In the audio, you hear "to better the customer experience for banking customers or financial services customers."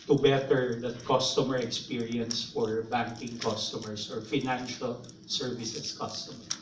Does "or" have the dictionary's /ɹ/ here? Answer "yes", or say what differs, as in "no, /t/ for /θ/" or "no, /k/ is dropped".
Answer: yes